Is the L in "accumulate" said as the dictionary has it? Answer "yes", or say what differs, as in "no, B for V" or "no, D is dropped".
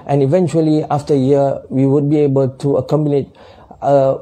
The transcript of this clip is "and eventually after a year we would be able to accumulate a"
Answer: no, N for L